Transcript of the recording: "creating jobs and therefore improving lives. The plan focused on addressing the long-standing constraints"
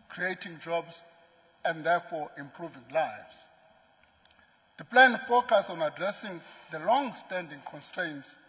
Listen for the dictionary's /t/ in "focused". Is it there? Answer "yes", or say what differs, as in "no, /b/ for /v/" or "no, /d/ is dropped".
no, /t/ is dropped